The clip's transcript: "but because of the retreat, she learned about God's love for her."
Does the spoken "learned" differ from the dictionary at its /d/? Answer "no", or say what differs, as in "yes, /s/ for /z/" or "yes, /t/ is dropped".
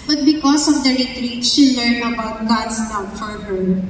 yes, /d/ is dropped